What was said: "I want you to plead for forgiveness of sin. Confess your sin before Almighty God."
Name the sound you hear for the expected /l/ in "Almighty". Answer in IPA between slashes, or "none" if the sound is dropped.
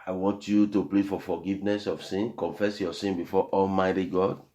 /l/